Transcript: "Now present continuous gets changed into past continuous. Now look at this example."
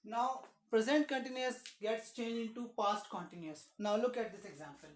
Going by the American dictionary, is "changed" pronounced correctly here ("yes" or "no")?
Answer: no